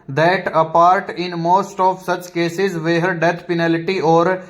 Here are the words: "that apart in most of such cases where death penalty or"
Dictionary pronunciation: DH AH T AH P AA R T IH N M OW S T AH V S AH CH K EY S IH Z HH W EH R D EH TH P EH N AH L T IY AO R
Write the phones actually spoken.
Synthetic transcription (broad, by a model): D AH T AH P AA R T IH N M OW S T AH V S AH CH K EY S IH Z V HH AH R D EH T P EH N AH L T IY AO R